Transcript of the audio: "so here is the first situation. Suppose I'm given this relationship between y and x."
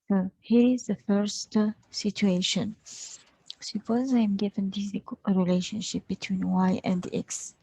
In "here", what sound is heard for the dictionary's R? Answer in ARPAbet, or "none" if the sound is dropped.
R